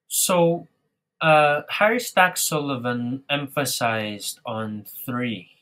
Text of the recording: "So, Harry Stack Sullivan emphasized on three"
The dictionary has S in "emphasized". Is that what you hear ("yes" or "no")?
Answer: yes